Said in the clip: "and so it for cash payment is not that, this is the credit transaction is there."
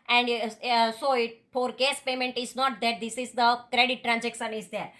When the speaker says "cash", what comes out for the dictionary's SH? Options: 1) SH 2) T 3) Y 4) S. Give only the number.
4